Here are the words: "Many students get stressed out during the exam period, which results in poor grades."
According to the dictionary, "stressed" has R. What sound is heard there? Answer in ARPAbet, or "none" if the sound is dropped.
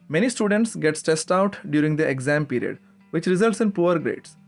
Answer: none